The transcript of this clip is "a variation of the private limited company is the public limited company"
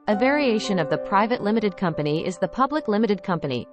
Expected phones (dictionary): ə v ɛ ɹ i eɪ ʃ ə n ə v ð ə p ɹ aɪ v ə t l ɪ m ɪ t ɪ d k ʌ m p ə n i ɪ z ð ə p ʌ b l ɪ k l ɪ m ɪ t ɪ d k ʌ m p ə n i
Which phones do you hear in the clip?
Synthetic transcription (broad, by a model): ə v ɛ ɹ i eɪ ʃ ə n ə v ð ə p ɹ aɪ v ə t l ɪ m ɪ t ɪ d k ʌ m p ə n i ɪ z ð ə p ʌ b l ɪ k l ɪ m ɪ t ɪ d k ʌ m p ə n i